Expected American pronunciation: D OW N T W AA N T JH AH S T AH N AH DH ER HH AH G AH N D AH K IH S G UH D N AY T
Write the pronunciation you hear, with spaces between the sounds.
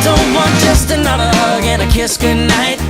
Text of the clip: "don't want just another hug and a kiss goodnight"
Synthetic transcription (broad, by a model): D OW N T W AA N JH AH S T AH N AH DH ER HH AH G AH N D AH K IH S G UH D N AY T